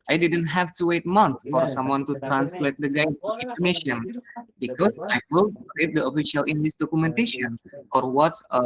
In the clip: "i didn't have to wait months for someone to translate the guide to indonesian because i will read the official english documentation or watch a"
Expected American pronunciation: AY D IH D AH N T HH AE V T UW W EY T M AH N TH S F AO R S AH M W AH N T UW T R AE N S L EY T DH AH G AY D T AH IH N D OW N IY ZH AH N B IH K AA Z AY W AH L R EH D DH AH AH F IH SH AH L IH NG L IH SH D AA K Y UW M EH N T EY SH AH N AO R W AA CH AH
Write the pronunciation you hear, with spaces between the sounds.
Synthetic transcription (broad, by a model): AY D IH D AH N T HH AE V T UW W EY T M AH N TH F AO R S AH M W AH N T UW T R AE N S L EY T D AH G AY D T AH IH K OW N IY SH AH N B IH K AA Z AY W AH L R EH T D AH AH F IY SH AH L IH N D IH S D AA K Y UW M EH N T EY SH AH N AO R W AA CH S